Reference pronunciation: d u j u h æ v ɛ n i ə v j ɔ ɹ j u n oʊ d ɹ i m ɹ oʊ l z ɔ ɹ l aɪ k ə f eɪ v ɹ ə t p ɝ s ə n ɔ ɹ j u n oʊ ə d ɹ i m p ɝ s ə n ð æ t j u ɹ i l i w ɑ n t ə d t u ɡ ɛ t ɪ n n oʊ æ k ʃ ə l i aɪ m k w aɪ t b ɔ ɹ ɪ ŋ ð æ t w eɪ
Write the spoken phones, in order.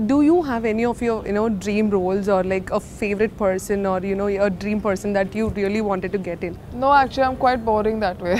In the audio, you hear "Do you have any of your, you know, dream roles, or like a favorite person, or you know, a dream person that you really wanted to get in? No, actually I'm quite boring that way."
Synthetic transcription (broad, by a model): d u j u h æ v ɛ n i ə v j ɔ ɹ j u n oʊ d ɹ i m ɹ oʊ l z ɔ ɹ l aɪ k ə f eɪ v ɹ ə t p ɝ s ə n ɔ ɹ j u n oʊ ə d ɹ i m p ɝ s ə n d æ t j u ɹ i l i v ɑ n t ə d t u ɡ ɛ t ɪ n n oʊ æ k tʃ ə l i aɪ m k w aɪ t b ɔ ɹ ɪ ŋ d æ t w eɪ